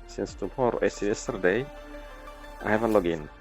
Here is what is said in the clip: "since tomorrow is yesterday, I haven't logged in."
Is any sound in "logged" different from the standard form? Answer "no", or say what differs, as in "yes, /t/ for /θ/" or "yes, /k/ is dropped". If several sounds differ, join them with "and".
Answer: yes, /d/ is dropped